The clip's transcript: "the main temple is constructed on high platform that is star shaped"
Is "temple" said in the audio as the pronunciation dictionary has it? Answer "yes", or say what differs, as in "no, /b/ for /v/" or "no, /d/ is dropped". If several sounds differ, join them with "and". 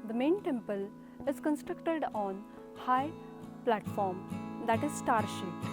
yes